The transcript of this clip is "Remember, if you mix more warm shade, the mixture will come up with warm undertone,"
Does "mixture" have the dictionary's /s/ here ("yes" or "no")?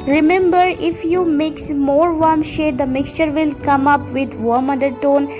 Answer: yes